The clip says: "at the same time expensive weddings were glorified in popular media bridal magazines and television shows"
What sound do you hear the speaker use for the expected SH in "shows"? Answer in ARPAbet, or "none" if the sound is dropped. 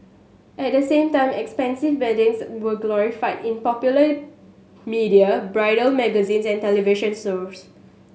S